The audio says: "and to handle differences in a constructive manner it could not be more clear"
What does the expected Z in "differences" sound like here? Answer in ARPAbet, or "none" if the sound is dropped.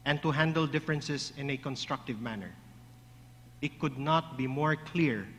S